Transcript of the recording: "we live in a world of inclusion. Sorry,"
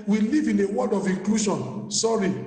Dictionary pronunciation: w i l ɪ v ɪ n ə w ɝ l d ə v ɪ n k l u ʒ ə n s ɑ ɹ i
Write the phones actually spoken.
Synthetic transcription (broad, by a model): w i l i v ɪ n ə w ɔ d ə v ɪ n k l u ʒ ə n s ɑ ɹ i